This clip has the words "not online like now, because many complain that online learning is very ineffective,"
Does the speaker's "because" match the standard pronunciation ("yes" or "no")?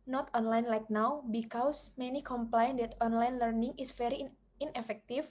no